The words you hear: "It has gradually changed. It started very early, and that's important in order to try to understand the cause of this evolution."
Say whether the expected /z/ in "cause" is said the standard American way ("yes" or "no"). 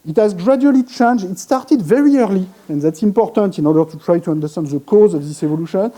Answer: yes